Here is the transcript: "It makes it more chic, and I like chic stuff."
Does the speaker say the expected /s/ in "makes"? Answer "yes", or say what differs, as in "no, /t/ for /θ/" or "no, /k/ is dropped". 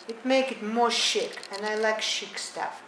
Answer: no, /s/ is dropped